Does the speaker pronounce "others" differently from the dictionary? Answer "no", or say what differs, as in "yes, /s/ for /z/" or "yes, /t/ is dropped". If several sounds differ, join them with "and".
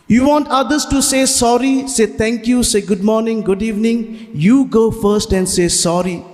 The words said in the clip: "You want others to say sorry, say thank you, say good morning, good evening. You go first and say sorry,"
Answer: yes, /s/ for /z/